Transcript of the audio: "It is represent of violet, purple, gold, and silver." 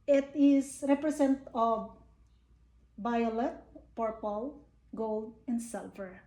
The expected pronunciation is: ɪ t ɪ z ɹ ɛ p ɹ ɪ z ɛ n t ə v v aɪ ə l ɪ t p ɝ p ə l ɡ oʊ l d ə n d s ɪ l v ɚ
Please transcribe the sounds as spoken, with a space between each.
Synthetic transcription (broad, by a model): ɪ t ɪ s ɹ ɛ p ɹ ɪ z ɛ n t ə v b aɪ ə l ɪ t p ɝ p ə l ɡ oʊ l d ə n d s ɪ l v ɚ